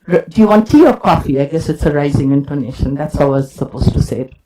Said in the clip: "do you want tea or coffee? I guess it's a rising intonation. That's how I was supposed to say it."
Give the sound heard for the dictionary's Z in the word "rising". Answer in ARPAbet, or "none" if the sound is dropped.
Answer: Z